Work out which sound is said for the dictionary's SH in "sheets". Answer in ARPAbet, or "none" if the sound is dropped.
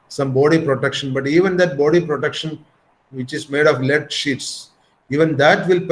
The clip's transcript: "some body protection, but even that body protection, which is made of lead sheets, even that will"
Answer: SH